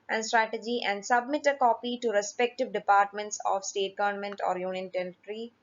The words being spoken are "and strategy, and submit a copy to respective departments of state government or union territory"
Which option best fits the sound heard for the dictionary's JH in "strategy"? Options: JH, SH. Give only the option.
JH